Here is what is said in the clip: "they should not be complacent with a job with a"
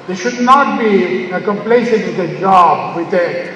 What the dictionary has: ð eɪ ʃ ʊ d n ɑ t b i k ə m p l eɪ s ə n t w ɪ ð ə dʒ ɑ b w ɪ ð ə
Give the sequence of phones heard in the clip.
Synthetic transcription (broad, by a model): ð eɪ ʃ ʊ d n ɑ t b i k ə m p l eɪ ʃ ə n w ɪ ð ə dʒ ɑ b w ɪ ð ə